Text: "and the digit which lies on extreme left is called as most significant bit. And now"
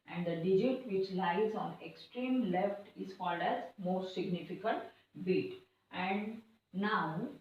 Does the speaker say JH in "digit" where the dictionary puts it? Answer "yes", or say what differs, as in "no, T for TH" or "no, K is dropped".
yes